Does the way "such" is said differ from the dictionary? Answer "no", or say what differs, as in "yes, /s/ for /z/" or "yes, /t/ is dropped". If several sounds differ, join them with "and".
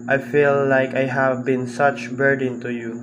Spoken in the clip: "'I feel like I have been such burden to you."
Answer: no